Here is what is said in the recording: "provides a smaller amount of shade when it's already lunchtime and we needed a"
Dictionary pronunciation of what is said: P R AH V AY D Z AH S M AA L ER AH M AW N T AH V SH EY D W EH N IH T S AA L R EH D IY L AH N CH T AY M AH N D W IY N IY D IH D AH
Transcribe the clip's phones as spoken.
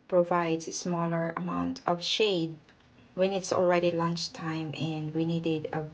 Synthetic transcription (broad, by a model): P R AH V AY D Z AH S M AA L ER AH M AW N T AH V SH EY D W EH N IH T S AA L R EH D IY L AH N CH T AY M AH N D W IY N IY D IH D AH